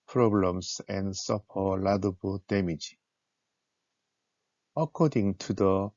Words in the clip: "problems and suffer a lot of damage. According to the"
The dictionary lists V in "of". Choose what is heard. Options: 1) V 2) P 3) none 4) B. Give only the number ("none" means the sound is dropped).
4